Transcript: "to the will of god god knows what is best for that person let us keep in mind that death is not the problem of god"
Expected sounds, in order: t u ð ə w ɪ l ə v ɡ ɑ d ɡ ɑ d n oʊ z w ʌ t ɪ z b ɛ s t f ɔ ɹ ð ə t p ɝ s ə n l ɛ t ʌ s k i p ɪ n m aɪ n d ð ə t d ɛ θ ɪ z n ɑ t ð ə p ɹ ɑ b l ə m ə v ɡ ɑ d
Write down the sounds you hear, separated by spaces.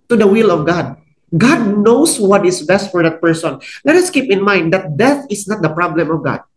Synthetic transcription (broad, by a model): t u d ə w ɪ l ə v ɡ ɑ d ɡ ɑ d n oʊ s w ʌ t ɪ s b ɛ s t f ɔ ɹ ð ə t p ɝ s ə n l ɛ t ʌ s k i p ɪ n m aɪ n d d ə t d ɛ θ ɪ s n ɑ t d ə p ɹ ɑ b l ə m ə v ɡ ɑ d